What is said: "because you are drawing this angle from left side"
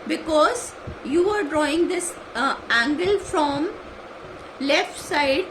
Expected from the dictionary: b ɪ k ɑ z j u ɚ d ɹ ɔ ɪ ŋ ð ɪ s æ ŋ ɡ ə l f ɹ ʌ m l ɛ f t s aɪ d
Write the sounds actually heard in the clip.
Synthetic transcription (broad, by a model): b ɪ k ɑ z j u ɚ d ɹ ɔ ɪ ŋ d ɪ s æ ŋ ɡ ə l f ɹ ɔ m l ɛ f t s aɪ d